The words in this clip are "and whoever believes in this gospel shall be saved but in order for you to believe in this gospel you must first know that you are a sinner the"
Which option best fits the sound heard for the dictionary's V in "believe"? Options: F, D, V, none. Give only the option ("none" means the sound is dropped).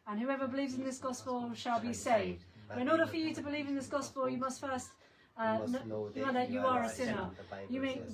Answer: V